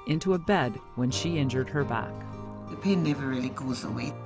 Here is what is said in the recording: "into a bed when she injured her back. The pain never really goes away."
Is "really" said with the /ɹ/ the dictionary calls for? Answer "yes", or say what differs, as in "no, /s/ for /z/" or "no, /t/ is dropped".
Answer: yes